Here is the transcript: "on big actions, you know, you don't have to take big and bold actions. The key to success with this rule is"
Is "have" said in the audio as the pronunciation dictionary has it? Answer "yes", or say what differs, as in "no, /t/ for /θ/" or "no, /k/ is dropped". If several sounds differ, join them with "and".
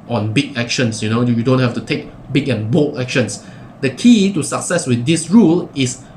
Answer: no, /f/ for /v/